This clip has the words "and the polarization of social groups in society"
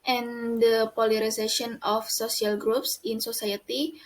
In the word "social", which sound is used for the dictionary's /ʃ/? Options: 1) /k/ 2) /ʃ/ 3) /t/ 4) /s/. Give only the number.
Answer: 4